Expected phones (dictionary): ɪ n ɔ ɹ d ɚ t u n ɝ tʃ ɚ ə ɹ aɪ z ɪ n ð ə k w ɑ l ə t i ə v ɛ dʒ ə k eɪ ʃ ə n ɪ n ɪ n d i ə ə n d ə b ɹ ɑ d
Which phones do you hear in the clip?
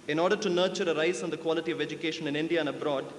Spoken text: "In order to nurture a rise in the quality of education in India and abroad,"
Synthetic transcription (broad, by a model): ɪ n ɔ ɹ d ɚ t u n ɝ tʃ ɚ ə ɹ aɪ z ɪ n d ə k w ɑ l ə t i ə v ɛ dʒ ə k eɪ ʃ ə n ɪ n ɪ n d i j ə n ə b ɹ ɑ d